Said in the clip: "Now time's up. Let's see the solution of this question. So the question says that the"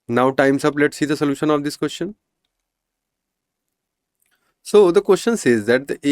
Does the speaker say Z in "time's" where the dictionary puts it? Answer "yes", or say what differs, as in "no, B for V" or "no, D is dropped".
no, S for Z